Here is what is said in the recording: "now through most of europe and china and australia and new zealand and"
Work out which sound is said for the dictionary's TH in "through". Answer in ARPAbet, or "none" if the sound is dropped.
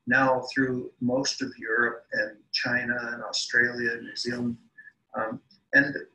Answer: TH